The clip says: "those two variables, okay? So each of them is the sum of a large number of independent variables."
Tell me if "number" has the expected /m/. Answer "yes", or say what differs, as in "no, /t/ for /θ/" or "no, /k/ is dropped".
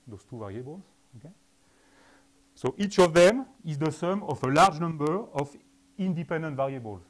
yes